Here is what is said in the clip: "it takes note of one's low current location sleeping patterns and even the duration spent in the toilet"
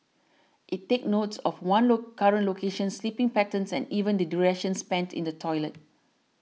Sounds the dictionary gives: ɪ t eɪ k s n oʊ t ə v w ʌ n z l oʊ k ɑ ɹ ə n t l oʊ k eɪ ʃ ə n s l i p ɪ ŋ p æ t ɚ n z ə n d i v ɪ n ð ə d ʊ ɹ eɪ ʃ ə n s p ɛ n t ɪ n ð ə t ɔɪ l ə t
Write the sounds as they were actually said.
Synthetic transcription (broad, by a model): ɪ t eɪ k n oʊ t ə f w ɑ n l oʊ k ɑ ɹ ə n t l oʊ k eɪ ʃ ə n s l i p ɪ ŋ p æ t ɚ n s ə n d i v ɪ n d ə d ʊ ɹ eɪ ʃ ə n s p ɛ n t ɪ n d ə t ɔɪ l ə t